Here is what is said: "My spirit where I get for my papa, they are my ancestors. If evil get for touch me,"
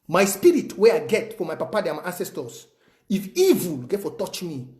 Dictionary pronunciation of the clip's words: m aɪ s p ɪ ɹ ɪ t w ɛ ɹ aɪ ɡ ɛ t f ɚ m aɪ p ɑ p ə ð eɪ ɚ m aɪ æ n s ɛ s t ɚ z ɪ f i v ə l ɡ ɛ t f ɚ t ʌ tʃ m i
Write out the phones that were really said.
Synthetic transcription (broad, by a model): m aɪ s p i ɹ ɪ t w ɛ aɪ ɡ ɛ t f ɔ m aɪ p ɑ p ə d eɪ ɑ m aɪ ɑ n s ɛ s t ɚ s ɪ f i v ə l ɡ ɛ t f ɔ t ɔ tʃ m i